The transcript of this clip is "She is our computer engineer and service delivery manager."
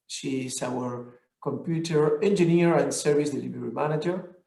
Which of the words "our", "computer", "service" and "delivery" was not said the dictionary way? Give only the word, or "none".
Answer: delivery